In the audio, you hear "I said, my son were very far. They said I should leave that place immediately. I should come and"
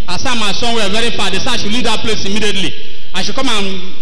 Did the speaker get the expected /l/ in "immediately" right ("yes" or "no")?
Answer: yes